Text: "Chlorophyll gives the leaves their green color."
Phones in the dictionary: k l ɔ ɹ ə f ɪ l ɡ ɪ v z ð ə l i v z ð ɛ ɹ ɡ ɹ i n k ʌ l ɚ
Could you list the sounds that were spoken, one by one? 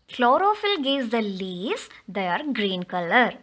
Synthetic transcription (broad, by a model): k l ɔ ɹ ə f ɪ l ɡ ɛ z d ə l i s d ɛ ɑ ɹ ɡ ɹ i n k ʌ l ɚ